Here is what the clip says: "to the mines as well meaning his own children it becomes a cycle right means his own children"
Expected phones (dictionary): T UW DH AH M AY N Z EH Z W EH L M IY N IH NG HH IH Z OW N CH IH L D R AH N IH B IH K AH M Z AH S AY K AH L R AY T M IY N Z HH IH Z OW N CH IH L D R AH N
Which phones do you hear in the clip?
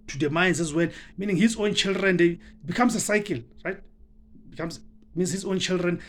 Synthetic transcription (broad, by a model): T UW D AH M AY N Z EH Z W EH N M IY N IH NG HH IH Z OW N CH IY L D R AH N IH B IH K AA M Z AH S AY K AH L R AY T M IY N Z HH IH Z OW N CH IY L D R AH N